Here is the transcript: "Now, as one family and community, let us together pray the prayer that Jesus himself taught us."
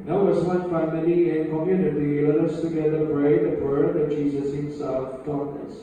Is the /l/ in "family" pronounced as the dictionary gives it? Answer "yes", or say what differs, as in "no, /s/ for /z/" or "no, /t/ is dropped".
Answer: no, /n/ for /l/